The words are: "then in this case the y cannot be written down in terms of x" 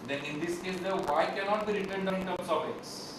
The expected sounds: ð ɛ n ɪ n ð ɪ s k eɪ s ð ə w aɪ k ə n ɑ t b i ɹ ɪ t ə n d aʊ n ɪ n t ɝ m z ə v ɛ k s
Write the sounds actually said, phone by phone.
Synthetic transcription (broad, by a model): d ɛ n ɪ n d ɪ s k eɪ s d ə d aɪ k ə n ɑ t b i ɹ ɪ t ə n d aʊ ɪ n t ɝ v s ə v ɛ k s